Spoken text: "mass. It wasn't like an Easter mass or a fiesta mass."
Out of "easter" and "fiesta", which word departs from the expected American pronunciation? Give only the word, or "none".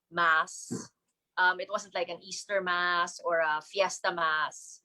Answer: none